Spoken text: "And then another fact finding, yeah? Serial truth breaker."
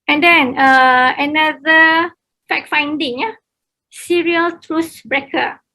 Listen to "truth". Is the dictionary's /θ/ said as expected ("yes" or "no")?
no